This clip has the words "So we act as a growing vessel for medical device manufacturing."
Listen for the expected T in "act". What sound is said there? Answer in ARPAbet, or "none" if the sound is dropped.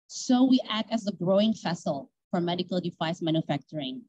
T